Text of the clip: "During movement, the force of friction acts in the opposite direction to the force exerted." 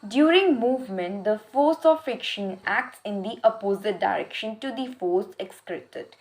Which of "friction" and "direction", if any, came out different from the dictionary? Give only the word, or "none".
friction